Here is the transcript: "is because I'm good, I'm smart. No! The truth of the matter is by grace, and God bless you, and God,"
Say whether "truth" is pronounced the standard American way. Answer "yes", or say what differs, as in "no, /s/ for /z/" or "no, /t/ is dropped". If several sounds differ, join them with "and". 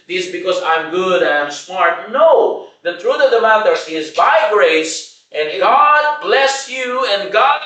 no, /t/ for /θ/